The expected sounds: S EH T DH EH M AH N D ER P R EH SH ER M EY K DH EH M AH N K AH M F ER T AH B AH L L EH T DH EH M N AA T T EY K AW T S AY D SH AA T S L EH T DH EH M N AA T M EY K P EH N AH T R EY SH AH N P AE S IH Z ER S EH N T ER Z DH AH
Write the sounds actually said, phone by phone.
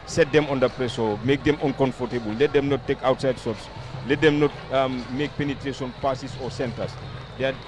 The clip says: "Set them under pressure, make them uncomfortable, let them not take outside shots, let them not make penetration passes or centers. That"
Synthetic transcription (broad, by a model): S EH T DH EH M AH N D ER P R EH S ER M EY K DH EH M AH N K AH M F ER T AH B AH L L EH T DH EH M N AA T T EY K AW T S AY D S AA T S L EH T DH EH M N AA T M EY K P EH N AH T R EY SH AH N P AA S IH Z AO S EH N T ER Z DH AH